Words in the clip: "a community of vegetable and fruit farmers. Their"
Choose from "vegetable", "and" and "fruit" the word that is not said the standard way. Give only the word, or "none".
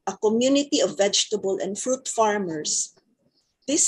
none